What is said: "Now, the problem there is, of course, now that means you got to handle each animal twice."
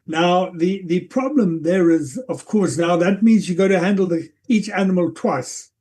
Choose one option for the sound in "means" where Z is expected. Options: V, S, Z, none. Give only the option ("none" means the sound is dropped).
Z